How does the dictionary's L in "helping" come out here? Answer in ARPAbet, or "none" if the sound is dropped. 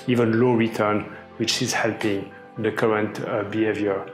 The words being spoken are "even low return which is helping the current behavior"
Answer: L